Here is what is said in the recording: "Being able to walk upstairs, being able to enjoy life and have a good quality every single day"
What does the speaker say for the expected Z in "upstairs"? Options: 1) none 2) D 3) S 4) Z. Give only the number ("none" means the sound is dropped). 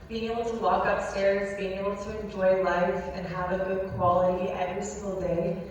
4